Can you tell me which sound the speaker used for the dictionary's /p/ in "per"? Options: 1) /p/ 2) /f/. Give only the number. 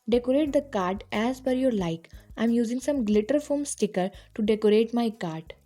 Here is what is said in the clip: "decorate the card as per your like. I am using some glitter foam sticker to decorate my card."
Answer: 2